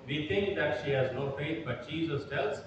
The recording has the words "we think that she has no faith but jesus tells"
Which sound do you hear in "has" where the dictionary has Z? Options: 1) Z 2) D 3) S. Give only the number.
1